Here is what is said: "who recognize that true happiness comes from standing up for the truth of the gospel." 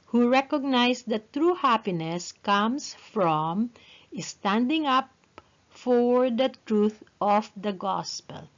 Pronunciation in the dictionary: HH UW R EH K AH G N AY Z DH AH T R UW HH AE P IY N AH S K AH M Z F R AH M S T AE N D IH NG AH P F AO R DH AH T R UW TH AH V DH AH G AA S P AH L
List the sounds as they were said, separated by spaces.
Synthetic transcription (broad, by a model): HH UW R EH K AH G N AY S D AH T R UW HH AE P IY N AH S K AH M S F R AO M S T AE N D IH NG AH P F AO R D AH T R UW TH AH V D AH G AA S P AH L